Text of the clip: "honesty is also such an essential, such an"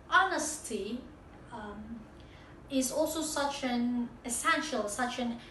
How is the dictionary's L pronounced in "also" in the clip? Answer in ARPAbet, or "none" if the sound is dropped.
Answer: L